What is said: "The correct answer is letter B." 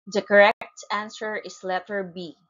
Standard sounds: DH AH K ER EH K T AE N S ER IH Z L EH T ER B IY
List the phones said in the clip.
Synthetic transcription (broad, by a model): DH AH K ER EH K T AE N S ER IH S L EH T ER B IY